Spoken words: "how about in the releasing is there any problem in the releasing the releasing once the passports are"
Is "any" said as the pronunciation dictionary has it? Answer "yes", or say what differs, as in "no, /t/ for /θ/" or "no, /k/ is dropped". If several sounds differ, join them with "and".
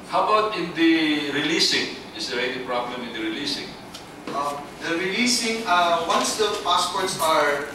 no, /l/ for /n/